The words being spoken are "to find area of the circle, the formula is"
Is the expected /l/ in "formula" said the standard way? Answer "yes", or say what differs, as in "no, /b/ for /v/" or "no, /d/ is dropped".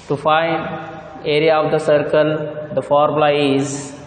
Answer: no, /l/ is dropped